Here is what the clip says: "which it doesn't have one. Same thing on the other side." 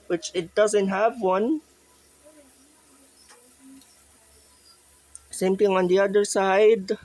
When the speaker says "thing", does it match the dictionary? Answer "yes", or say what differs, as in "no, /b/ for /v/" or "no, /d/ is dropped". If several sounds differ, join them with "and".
no, /t/ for /θ/